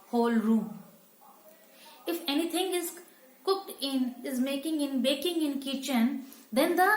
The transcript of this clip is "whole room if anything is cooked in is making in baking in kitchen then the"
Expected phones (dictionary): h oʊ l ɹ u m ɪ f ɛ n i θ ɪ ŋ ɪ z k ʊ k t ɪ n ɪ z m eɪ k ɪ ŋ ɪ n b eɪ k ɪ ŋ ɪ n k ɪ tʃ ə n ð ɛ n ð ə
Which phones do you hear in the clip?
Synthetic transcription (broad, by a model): h oʊ l ɹ u m ɪ f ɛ n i t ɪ ŋ ɪ z k ʊ k t ɪ n ɪ z m eɪ k ɪ ŋ ɪ n b eɪ k ɪ ŋ ɪ n k ɪ tʃ ə n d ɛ n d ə